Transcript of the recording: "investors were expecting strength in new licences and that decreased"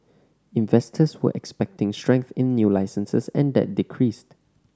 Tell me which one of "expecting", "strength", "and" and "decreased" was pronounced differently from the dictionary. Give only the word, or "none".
none